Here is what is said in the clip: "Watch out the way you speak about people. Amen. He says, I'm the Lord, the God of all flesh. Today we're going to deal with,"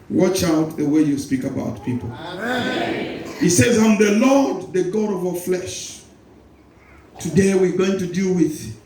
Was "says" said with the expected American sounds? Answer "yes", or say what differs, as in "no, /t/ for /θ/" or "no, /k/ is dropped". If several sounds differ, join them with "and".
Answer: yes